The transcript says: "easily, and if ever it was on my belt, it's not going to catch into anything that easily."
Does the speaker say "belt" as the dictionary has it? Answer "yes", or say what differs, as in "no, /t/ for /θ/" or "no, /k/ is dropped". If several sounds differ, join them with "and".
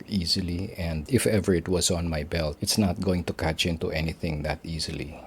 yes